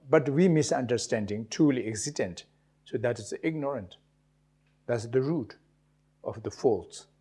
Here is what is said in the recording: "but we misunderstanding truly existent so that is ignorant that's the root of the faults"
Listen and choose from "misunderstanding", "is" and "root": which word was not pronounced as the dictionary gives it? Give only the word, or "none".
is